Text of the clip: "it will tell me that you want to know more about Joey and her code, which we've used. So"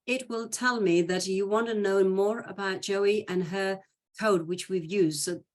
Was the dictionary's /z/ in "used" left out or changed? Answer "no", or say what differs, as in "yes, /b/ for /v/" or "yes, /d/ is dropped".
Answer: no